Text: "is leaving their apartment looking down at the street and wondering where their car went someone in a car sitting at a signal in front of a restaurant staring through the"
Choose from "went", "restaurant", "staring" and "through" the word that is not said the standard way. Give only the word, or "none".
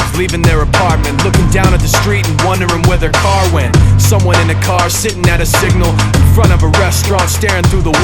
none